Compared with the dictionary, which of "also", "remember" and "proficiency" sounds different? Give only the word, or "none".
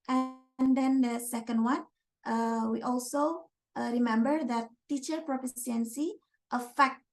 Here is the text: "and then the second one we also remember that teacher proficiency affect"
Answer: proficiency